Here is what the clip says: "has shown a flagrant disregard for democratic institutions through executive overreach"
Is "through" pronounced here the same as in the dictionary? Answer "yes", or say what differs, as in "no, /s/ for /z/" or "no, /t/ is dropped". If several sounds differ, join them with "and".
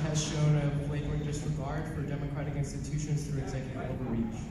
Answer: no, /t/ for /θ/